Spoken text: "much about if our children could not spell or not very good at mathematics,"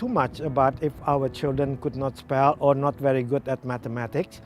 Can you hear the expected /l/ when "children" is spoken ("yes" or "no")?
yes